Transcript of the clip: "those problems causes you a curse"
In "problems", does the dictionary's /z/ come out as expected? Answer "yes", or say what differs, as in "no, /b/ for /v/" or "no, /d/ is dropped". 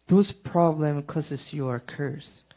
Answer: no, /z/ is dropped